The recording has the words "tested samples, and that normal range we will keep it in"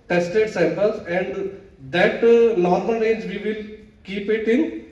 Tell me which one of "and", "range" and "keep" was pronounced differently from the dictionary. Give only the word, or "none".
range